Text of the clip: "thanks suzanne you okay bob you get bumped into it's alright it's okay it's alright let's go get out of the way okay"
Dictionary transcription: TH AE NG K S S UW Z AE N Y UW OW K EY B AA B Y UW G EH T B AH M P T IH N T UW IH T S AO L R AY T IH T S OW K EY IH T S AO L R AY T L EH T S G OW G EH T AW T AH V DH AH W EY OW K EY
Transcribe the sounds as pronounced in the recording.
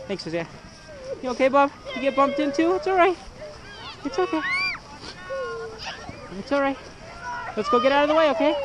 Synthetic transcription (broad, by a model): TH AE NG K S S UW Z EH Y OW K EY B AA B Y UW G EH T B AH M P T IH N T UW IH T S AO L R AY T IH T S OW K EY IH T S AO L R AY T L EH T S G OW G EH T AW T AH V DH AH W EY OW K EY